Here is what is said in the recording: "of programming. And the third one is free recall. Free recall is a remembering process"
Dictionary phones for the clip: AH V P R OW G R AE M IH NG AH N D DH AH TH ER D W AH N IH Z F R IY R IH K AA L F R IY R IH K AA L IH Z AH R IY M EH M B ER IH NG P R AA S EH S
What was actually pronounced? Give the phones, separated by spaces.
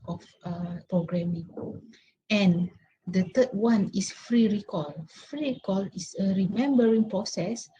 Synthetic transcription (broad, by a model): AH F P R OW G R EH M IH NG AH N D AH T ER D W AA N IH S F R IY R IH K AA L F R IY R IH K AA L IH S AH R IY M EH M B ER IH NG P R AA S EH S